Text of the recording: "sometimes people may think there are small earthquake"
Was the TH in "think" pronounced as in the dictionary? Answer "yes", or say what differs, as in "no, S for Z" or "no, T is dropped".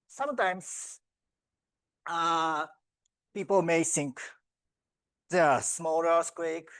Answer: no, S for TH